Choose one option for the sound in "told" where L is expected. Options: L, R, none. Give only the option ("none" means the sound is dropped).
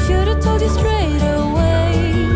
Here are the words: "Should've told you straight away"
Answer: none